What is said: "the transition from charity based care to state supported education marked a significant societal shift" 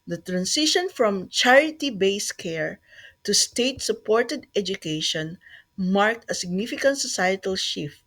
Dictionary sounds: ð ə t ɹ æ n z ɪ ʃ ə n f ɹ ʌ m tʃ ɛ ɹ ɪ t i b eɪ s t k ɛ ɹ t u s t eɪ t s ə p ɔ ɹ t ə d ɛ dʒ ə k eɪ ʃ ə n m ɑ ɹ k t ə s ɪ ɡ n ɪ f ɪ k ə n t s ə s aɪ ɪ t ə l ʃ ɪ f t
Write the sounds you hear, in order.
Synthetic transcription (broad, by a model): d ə t ɹ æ n s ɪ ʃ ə n f ɹ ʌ m tʃ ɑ ɹ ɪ t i b eɪ s k ɛ ɹ t u s t eɪ t s ə p ɔ ɹ t ə d ɛ dʒ ə k eɪ ʃ ə n m ɑ ɹ k t ə s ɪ ɡ n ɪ f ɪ k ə n t s ə s aɪ ɪ t ə l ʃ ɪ f t